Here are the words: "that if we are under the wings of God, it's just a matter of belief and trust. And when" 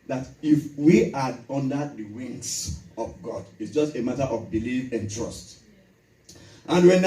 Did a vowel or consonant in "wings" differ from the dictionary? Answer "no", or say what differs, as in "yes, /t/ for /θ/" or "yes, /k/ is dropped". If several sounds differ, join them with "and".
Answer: yes, /s/ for /z/